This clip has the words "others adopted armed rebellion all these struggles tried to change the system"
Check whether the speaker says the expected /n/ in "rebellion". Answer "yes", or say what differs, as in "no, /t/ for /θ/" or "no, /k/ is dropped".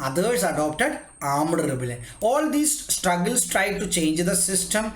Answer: no, /n/ is dropped